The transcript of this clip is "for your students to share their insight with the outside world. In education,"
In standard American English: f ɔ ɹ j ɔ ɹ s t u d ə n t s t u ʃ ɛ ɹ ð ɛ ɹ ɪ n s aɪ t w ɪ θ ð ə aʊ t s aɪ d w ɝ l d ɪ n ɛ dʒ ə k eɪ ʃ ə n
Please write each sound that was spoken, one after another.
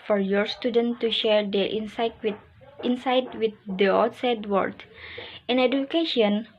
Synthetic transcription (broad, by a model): f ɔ ɹ j ɔ ɹ s t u d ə n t t u ʃ ɛ ɹ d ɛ w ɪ n s aɪ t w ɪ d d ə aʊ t s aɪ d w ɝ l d ɪ n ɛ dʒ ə k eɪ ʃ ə n